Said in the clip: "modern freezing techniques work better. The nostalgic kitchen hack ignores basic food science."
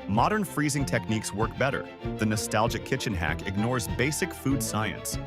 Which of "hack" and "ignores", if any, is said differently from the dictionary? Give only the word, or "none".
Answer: none